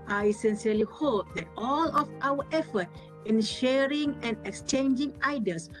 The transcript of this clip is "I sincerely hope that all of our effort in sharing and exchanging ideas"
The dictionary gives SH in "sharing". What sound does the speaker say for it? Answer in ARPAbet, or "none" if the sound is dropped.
SH